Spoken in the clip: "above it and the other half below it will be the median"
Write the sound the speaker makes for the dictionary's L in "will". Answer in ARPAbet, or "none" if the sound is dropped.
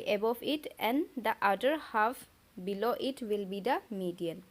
L